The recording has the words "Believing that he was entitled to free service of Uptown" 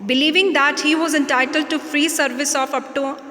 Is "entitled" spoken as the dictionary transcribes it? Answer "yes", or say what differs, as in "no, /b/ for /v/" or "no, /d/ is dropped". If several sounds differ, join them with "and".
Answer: yes